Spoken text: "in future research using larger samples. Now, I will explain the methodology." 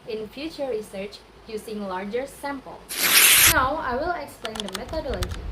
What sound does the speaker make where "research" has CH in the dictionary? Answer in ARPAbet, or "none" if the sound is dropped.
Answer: CH